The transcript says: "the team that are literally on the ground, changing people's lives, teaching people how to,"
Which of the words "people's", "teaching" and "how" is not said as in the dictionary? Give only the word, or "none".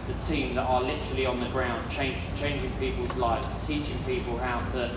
none